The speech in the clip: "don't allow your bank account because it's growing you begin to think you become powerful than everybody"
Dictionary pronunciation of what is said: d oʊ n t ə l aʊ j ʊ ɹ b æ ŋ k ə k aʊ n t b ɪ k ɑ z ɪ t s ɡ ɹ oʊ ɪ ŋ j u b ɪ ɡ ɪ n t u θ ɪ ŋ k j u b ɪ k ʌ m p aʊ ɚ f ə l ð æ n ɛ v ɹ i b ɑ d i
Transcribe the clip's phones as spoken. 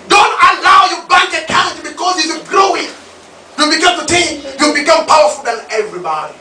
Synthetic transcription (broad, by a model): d oʊ n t ə l aʊ j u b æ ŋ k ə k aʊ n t b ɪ k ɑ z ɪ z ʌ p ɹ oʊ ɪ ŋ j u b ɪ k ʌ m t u t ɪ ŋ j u b ɪ k ʌ m p aʊ ɚ f ə l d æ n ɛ v ɹ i b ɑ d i